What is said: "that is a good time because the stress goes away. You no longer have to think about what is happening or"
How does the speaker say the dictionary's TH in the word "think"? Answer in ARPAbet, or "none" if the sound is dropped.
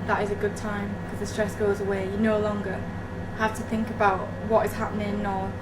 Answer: TH